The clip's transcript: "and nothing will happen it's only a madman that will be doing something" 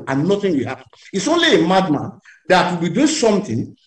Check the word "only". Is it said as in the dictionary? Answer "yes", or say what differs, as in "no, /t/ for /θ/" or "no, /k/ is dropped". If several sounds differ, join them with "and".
yes